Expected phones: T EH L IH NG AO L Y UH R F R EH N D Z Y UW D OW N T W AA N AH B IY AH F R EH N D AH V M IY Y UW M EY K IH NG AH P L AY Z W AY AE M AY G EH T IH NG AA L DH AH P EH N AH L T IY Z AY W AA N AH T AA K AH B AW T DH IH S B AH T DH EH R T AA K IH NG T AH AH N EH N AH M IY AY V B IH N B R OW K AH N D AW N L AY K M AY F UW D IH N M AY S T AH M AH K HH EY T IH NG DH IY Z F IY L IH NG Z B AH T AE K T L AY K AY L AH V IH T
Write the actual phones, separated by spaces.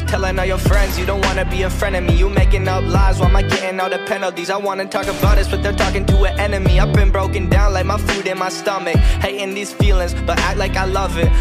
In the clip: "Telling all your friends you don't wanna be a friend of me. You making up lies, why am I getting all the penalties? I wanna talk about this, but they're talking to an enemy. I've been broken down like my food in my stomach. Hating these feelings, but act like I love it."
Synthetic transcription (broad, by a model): T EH L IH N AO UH Y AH R F R EH N D Z Y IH D OW N T W AA N AH B IY AH F R EH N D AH M IY Y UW M EY K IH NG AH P L AY Z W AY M AY G EH T IH NG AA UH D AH P EH N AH L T IY Z AY W AA N AH T AA K AH B AW T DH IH S B AH T DH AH R T AA K IH NG T AH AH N EH N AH M IY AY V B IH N B R OW K AH N D AW N L AY K M AY F UW D IH N M AY S T AH M AH K HH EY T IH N DH IY Z F IY L IH NG Z B AH T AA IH L AY K AY L AH V IH T